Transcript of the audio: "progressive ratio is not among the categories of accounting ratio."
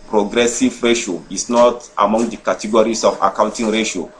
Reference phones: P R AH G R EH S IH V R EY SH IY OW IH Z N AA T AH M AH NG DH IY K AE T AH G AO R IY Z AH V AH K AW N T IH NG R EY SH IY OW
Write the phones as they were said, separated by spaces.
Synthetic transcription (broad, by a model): P R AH G R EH S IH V R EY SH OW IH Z N AA T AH M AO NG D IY K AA T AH G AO R IY S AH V AH K AW N T IH NG R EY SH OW